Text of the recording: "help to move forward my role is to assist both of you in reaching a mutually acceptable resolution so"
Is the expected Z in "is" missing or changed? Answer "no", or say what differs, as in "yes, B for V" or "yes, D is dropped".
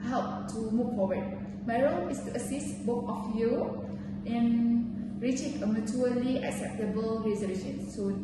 yes, S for Z